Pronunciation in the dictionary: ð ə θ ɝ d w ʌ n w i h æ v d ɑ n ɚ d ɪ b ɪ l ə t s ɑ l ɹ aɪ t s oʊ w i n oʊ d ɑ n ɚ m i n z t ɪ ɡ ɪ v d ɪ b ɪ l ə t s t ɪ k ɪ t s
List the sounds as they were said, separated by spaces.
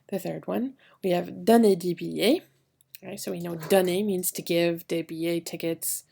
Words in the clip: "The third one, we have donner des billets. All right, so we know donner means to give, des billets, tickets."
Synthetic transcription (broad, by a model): ð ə θ ɝ d w ʌ n w i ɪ v d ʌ n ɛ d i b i ə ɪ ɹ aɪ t s oʊ w i n oʊ d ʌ n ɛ m i n z t ɪ ɡ ɪ v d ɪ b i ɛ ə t t ɪ k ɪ t s